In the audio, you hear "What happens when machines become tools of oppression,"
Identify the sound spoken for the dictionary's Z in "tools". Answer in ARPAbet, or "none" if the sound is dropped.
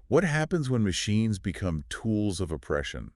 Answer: Z